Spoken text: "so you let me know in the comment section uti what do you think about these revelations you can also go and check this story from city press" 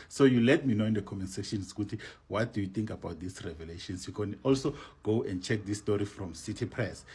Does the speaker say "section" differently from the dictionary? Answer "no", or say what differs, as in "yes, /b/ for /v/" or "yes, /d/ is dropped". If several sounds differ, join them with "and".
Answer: yes, /k/ is dropped